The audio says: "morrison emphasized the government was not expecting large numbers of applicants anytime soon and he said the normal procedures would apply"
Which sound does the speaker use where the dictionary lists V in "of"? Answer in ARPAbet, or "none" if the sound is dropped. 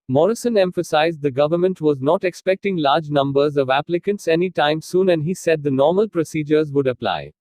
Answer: V